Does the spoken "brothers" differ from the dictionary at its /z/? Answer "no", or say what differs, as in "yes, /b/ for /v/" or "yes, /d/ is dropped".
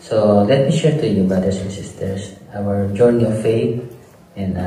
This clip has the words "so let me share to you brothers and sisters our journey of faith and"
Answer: yes, /s/ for /z/